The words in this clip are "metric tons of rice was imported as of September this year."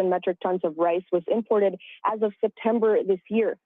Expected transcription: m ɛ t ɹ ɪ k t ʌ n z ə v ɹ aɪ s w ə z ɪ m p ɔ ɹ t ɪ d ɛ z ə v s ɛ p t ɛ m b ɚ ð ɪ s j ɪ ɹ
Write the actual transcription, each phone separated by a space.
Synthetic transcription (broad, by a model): m ɛ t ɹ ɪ k t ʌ n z ə v ɹ aɪ s w ə z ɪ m p ɔ ɹ t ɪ d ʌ z ə v s ɛ p t ɛ m b ɚ ð ɪ s j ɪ ɹ